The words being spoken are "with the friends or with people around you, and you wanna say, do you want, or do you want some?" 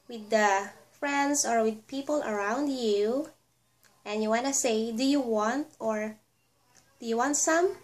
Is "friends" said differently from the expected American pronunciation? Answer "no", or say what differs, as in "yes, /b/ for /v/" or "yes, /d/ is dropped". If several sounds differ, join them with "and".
yes, /s/ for /z/